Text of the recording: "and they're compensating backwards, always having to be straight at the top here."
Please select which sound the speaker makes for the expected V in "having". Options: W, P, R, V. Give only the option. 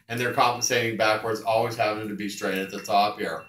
P